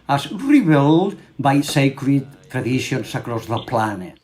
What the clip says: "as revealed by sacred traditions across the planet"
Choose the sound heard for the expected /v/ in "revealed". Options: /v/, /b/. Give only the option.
/b/